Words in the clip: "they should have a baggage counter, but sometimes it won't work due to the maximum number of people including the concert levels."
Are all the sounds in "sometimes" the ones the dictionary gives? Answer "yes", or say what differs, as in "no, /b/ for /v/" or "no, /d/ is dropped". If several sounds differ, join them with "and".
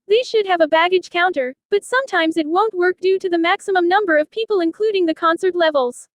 yes